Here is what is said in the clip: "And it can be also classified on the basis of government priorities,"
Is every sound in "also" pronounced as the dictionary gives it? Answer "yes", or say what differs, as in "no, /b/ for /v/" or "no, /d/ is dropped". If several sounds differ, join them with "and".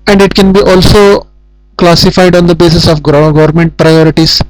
yes